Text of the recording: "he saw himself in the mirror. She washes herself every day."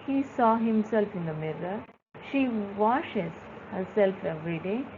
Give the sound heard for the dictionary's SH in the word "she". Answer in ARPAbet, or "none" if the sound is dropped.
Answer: SH